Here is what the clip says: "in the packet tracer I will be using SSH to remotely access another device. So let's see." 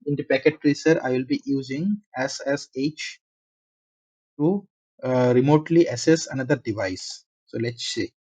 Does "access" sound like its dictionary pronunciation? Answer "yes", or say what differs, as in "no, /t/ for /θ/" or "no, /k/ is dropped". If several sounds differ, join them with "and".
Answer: no, /k/ is dropped